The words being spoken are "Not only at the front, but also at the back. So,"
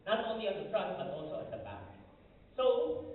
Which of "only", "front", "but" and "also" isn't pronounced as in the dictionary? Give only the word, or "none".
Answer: front